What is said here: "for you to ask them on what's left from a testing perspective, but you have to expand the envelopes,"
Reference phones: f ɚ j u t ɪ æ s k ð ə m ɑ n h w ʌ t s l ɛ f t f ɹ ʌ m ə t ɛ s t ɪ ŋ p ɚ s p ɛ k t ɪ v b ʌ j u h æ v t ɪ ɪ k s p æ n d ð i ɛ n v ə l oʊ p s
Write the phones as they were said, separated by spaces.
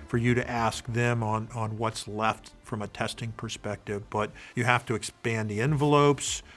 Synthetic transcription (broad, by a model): f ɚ j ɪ t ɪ æ s k ð ə m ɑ n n w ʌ t s l ɛ f t f ɹ ʌ m ə t ɛ s t ɪ ŋ p ɚ s p ɛ k t ɪ v b ʌ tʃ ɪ h æ f t ɪ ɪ k s p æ n ð i ɛ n v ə l oʊ p s